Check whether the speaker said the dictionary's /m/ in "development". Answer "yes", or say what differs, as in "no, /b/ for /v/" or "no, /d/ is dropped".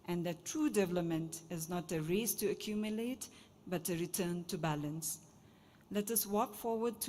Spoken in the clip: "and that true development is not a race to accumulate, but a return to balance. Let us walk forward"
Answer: yes